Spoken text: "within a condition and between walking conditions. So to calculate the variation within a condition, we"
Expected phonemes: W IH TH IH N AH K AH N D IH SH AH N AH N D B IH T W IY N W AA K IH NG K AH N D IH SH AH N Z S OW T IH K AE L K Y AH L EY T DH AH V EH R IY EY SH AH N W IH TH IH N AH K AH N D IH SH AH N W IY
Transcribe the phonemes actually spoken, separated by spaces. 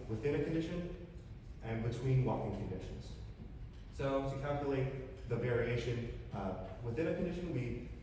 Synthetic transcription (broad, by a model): W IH TH IH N AH K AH N D IH SH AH N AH N B IH T W IY N W AA K IH NG K AH N D IH SH AH N Z S OW T IH K AE L K Y AH L EY T DH AH V EH R IY EY SH AH N W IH TH IH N AH K N D IH SH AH N W IY